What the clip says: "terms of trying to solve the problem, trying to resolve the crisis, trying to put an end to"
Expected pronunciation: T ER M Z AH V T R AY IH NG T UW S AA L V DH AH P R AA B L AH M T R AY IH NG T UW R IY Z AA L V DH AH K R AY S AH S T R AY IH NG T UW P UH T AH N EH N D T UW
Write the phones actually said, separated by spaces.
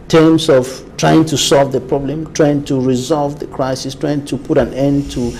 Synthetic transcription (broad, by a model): T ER M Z AH V T R AY IH NG T UW S AA L V DH AH P R AA B L AH M T R AY IH NG T UW R IY Z AA L V DH AH K R AY S AH S T R AY IH NG T UW P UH T AH N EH N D T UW